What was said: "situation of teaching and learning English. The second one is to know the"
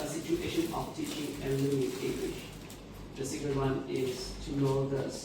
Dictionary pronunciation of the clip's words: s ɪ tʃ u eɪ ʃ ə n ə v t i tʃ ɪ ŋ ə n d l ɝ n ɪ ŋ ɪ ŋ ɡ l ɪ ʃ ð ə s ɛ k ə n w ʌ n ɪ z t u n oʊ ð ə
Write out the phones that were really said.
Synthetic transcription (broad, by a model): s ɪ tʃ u eɪ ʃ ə n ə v t i tʃ ɪ ŋ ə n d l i ɪ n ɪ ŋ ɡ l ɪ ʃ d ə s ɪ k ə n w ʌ n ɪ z t u n oʊ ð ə